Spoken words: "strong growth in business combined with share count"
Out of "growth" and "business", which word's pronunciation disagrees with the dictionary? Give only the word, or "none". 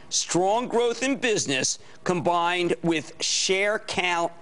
none